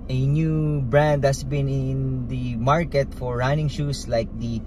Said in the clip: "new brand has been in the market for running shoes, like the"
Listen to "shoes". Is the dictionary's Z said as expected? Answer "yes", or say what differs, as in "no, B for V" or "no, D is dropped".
no, S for Z